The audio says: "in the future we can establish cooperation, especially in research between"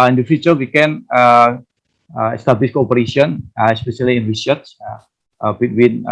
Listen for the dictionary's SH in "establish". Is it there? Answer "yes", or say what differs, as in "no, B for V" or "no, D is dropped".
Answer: no, S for SH